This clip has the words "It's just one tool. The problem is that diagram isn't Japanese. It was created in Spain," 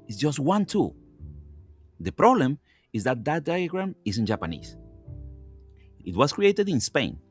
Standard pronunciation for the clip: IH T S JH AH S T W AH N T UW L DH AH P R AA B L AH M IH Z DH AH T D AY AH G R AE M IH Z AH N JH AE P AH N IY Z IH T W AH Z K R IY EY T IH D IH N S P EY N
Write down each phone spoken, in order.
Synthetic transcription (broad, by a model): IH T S JH AH S T W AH N T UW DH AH P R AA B L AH M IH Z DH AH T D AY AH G R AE M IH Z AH N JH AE P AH N IY S IH T W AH S K R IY EY T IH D IH N S P EY N